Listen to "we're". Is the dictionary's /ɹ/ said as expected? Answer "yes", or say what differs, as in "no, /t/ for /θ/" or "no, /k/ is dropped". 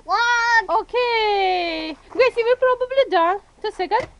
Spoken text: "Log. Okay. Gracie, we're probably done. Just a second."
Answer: no, /l/ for /ɹ/